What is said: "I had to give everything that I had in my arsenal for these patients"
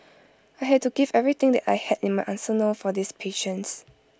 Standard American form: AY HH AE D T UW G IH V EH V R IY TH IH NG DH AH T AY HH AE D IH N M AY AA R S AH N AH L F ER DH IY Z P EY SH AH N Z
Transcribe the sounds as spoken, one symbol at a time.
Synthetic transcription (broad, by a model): AY HH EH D T UW G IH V EH V R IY T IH NG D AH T AY HH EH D IH N M AY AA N S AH N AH F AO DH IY S P EY SH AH N S